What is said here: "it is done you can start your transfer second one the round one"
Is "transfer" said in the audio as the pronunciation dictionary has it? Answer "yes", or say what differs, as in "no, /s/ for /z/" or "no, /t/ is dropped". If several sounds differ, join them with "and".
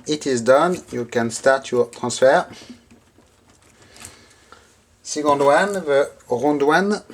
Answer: no, /n/ is dropped